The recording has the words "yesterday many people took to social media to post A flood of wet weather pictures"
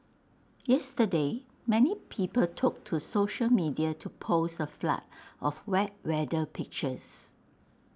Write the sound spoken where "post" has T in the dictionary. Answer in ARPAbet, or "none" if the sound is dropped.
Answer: none